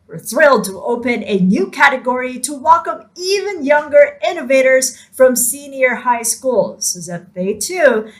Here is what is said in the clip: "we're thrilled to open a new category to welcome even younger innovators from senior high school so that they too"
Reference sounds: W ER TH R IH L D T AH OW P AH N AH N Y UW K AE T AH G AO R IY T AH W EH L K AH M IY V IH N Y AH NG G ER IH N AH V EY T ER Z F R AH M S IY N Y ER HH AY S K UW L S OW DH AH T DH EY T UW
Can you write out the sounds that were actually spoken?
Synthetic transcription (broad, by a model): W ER TH R IH L D T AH OW P AH N AH N Y UW K AE T AH G AO R IY T AH W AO K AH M IY V IH N Y AH NG G ER IH N AH V EY T ER Z F R AH M S IY N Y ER HH AY S K UW L S OW DH AH T DH EY T UW